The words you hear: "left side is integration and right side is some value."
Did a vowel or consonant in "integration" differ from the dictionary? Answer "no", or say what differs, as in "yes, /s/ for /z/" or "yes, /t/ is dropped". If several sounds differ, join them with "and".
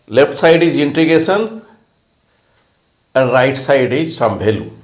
yes, /ɹ/ is dropped and /s/ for /ʃ/